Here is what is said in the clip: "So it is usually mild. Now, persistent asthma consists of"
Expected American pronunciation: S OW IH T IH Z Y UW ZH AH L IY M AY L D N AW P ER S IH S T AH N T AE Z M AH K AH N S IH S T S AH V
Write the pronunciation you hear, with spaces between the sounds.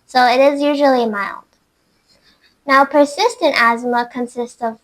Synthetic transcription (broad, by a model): S OW IH T IH Z Y UW ZH L IY M AY L D N AW P ER S IH S T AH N T AE Z M AH K AH N S IH S T S AH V